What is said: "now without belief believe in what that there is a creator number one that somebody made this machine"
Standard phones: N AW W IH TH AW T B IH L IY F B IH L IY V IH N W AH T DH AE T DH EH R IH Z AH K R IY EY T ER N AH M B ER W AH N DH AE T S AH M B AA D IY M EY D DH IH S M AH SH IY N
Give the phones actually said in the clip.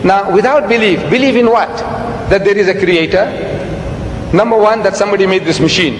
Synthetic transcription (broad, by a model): N AW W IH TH AW T B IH L IY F B IH L IY V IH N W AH T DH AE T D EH R IH Z AH K R IY EY T ER N AH M B ER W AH N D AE T S AH M B AA D IY M EY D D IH S M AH SH IY N